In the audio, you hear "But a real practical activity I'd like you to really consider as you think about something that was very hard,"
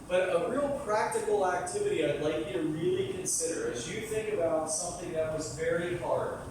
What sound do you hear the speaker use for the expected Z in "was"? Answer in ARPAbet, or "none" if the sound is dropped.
Z